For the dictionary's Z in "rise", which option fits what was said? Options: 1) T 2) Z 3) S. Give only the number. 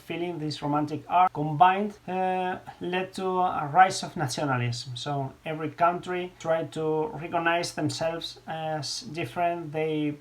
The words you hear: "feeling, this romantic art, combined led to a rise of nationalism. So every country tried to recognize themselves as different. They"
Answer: 3